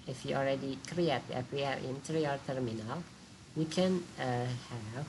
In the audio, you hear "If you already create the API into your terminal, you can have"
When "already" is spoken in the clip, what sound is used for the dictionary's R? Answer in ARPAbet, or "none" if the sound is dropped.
L